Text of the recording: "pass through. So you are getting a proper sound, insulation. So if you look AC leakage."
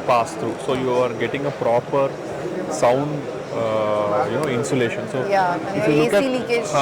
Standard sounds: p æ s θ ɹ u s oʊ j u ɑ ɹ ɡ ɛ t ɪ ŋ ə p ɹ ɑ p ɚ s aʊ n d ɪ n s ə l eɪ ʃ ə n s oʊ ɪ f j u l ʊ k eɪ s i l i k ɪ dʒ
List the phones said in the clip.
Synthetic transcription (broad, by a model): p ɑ s t ɹ u s oʊ j u ɑ ɹ ɡ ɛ t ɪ ŋ ə p ɹ ɑ p ɚ s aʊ n d ɪ n s ə l eɪ ʃ ə n s oʊ ɪ f j u l ʊ k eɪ i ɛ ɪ